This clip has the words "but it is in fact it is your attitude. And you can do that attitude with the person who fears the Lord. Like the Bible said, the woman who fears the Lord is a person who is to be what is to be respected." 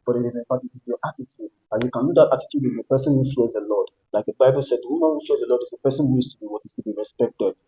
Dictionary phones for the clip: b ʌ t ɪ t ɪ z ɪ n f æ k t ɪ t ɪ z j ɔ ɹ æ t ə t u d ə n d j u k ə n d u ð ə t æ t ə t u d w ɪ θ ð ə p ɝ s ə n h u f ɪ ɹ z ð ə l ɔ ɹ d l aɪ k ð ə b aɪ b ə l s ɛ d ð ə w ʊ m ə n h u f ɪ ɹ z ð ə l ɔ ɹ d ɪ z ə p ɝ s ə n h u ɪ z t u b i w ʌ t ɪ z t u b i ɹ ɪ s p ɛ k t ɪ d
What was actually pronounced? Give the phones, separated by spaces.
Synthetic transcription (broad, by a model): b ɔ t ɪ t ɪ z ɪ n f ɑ t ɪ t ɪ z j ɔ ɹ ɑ t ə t u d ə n j u k ə n d u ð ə t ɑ t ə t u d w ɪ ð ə p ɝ s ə n h u f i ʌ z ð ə l ɔ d l aɪ k ð ə b aɪ b ə l s ɛ d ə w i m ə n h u f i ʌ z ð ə l ɔ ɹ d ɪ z ə p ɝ s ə n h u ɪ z t u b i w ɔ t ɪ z t u b i ɹ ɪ s p ɛ k t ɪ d